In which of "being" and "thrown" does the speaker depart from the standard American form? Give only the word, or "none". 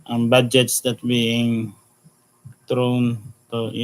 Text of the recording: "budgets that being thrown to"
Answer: thrown